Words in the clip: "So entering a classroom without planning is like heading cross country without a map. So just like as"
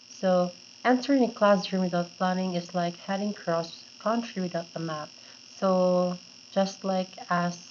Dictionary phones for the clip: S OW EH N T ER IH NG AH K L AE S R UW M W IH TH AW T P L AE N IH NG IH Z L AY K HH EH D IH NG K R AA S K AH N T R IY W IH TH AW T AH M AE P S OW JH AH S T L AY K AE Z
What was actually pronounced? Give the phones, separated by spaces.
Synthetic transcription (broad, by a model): S OW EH N S ER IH NG AH K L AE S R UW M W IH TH AW T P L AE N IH NG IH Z L AY K HH EH D IH NG K R AA S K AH N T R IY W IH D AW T AH M AE P S OW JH AH S T L AY K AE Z